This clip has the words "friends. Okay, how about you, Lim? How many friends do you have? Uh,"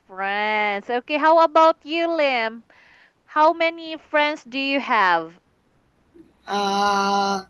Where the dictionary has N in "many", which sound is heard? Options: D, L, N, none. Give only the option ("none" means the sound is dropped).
N